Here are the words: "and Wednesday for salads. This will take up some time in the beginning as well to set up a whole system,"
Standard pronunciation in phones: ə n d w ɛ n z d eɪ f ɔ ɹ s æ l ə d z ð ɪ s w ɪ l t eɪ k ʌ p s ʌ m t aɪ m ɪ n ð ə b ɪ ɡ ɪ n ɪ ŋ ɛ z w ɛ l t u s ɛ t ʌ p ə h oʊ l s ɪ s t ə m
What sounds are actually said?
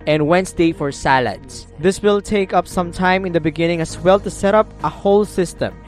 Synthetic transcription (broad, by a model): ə n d w ɛ n s d eɪ f ɔ ɹ s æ l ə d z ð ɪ s w ɪ l t eɪ k ʌ p s ʌ m t aɪ m ɪ n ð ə b ɪ ɡ ɪ n ɪ ŋ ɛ s w ɛ l t u s ɛ t ʌ p ə h oʊ l s ɪ s t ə m